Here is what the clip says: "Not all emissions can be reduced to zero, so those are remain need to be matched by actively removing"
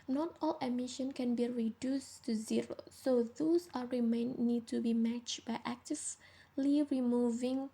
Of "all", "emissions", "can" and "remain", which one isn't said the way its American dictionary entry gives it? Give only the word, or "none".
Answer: emissions